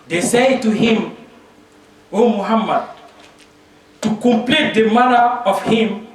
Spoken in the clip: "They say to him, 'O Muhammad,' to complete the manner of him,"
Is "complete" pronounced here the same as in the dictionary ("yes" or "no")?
yes